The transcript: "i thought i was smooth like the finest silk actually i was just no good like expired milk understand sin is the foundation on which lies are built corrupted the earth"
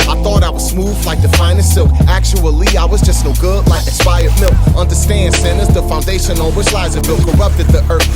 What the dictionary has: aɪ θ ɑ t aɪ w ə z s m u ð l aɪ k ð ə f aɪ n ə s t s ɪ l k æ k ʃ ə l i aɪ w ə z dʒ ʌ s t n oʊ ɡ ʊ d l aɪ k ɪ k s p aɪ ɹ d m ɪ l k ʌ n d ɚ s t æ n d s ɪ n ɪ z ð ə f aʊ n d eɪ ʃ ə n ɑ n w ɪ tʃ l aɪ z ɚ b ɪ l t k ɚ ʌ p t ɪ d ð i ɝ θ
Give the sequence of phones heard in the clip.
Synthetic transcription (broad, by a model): aɪ θ ɑ t aɪ w ə z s m u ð l aɪ k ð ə f aɪ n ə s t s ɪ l k æ k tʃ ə l i aɪ w ə z dʒ ʌ s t n oʊ ɡ ʊ d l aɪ ɪ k s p aɪ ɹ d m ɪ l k ʌ n d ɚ s t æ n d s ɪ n ɪ z ð ə f aʊ n d eɪ ʃ ə n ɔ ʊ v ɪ s l aɪ z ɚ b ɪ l k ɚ ʌ p t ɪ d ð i ɝ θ